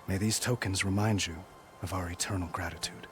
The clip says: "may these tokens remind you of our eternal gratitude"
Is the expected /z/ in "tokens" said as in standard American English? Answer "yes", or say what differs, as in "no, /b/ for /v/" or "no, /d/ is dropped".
yes